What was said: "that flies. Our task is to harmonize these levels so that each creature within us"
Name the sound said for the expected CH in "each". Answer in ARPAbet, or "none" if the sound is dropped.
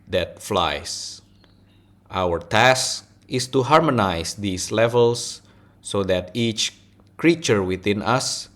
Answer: CH